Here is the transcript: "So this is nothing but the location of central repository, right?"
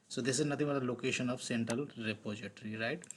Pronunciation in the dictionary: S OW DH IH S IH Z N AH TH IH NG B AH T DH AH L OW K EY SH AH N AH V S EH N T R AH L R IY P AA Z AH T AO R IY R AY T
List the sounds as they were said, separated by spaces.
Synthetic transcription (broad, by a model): S OW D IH S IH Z N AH T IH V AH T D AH L OW K EY SH AH N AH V S EH N T R AH L R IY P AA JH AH T R IY R AY T